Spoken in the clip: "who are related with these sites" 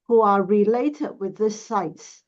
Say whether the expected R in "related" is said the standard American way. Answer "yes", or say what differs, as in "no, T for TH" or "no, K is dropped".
yes